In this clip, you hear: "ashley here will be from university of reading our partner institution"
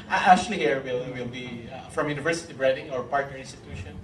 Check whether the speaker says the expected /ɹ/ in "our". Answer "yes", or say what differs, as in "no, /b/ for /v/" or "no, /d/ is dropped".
yes